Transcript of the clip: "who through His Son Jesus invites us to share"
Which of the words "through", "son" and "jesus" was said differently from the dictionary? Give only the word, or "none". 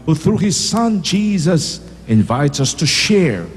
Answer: none